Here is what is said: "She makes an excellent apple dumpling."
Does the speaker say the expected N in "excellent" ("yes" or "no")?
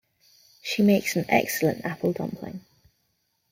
yes